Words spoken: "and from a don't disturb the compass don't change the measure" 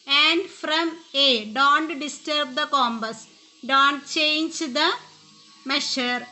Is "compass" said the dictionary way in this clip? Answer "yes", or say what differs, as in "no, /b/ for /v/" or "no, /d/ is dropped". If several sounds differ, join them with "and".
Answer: no, /b/ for /p/